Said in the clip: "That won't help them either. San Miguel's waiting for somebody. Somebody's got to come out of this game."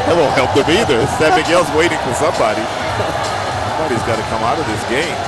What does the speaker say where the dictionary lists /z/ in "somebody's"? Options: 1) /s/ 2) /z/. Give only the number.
2